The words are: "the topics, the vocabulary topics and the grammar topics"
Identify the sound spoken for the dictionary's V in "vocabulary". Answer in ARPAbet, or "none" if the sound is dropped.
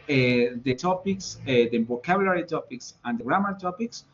B